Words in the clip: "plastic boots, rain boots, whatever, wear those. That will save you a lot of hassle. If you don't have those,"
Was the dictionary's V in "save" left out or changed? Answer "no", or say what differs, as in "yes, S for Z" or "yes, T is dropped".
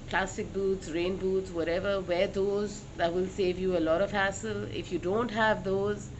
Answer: no